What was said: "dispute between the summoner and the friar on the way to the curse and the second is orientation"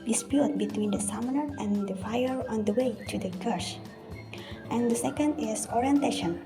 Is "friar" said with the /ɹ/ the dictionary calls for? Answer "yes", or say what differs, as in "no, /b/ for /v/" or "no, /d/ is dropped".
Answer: no, /ɹ/ is dropped